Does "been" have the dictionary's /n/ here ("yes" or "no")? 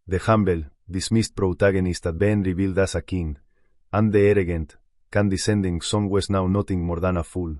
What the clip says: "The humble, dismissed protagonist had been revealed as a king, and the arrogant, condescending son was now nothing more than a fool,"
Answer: yes